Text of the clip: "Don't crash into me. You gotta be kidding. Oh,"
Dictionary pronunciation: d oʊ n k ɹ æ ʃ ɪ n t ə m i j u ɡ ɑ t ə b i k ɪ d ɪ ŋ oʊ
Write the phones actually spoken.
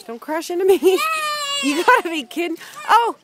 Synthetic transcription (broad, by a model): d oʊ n k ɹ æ ʃ ɪ n t ə m i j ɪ ɡ ɑ t ə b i k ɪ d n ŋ oʊ